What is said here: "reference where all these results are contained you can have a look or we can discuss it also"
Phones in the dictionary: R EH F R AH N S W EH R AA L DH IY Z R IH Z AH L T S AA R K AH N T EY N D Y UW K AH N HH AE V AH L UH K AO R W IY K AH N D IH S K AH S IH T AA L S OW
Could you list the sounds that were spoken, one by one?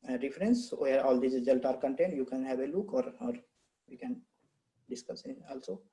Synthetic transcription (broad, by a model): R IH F R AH N S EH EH R AA L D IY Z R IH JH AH L T AA R K AH N T EY N D Y UW K AH N HH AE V AH L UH K AO R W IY K AH N D IH S K AH S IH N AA L S OW